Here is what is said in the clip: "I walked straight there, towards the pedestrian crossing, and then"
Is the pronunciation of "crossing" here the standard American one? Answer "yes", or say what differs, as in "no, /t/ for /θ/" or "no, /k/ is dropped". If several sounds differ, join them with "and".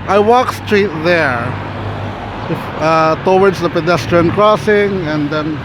yes